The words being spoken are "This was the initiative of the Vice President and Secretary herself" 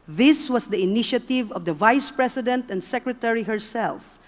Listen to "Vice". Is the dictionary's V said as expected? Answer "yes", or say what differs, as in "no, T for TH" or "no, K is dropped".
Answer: yes